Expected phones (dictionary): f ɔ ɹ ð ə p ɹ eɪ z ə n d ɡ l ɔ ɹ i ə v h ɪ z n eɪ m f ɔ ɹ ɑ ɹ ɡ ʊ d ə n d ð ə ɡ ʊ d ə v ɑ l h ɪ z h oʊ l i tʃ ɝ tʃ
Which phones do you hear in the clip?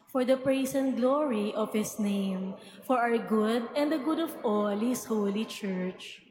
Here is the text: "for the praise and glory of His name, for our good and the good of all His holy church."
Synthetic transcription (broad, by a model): f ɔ ɹ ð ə p ɹ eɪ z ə n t ɡ l ɔ ɹ i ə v h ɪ s n eɪ m f ɔ ɹ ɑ w ɡ ʊ d ə n d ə ɡ ʊ d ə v ɑ l h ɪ s h oʊ l i tʃ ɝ tʃ